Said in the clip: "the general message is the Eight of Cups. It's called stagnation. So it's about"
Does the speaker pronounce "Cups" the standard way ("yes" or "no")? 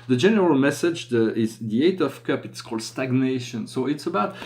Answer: no